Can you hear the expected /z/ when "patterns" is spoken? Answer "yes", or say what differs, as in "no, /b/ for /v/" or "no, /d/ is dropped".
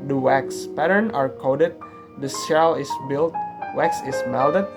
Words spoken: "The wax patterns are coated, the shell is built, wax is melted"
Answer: no, /z/ is dropped